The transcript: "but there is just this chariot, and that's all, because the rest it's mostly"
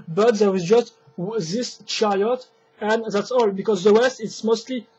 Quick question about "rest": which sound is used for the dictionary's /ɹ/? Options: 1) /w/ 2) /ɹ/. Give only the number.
1